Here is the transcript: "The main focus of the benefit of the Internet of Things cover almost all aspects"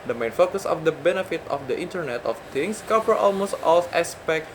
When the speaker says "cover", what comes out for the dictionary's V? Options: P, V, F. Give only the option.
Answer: P